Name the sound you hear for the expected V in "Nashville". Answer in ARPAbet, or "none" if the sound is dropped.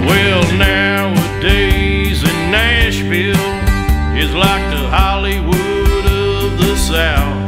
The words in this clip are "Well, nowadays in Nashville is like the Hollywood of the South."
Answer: F